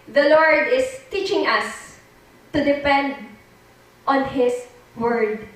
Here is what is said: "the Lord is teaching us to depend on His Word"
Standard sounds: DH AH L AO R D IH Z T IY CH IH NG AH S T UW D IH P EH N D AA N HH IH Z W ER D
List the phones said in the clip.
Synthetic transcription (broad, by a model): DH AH L AO R D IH S T IY CH IH NG AH S T UW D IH P EH N D AA N HH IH S W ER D